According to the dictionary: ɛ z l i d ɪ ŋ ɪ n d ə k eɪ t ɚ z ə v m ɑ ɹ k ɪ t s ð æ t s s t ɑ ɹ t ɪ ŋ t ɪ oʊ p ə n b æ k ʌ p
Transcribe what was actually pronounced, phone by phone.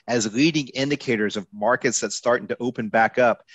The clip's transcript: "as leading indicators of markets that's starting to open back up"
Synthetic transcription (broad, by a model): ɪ z l i d ɪ ŋ ɪ n d ə k eɪ t ɚ z ə v m ɑ ɹ k ɪ t s ð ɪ t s s t ɑ ɹ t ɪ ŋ t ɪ oʊ p ə n b æ k ʌ p